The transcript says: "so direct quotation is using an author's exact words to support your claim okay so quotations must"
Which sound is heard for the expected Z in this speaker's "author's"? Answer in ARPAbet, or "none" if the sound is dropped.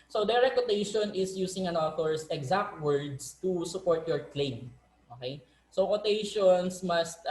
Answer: S